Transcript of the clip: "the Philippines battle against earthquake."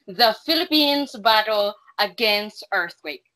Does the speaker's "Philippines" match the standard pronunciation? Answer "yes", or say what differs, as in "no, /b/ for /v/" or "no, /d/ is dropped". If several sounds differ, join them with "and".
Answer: yes